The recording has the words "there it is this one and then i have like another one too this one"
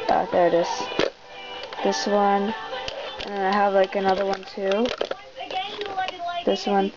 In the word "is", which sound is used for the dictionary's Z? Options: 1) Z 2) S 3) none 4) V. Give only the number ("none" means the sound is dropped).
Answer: 2